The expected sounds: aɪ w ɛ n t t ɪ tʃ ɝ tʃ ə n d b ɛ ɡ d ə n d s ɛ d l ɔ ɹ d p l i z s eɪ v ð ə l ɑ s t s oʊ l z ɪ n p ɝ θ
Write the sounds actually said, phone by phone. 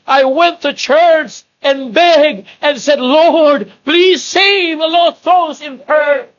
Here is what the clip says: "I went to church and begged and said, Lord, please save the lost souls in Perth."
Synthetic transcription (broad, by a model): aɪ w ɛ n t t ɪ tʃ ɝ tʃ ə n b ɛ ɡ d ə n s ɛ d l ɔ ɹ d p l i z s eɪ v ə l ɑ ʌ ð oʊ z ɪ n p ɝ